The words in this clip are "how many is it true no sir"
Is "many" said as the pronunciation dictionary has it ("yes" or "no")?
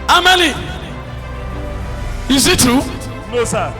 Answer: no